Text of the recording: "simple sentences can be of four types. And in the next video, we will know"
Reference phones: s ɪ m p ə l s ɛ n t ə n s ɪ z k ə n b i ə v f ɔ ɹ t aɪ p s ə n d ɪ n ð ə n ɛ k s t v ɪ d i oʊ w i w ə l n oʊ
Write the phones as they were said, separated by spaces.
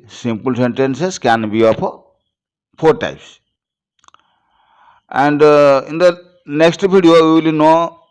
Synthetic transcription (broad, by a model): s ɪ m p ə l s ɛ n t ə n s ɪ s k ə n b i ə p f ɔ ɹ t aɪ p s ə n d ɪ n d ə n ɛ k s t b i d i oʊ w i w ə l n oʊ